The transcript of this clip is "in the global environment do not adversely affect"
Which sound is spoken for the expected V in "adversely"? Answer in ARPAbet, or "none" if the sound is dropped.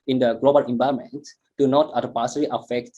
P